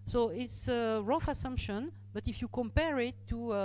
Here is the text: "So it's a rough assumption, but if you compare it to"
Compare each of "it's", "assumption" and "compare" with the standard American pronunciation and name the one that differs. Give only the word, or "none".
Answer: none